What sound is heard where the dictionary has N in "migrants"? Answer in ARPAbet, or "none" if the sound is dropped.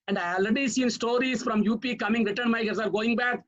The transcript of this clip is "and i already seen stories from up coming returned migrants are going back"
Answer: none